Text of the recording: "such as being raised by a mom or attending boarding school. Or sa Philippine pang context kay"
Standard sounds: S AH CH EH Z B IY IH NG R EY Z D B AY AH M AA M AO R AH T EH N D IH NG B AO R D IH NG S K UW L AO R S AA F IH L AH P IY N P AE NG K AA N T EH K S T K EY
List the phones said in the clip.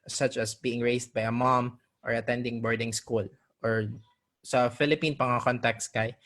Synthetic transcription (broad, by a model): S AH CH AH S B IY IH NG R EY S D B AY AH M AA M AO R AH T EH N D IH NG B AO R D IH NG S K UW L AO R S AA F IH L AH P IY N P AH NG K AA N T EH K S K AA